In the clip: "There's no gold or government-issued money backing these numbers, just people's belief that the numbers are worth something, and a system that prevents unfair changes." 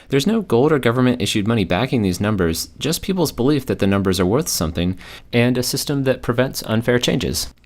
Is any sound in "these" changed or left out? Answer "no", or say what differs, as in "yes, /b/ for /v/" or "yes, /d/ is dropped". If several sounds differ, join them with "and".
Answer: no